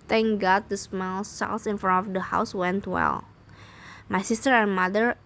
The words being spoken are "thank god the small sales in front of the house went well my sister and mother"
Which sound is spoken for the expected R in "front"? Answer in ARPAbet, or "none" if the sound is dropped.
none